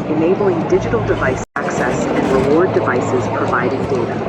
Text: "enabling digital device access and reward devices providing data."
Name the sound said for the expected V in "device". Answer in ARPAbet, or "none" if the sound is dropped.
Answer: V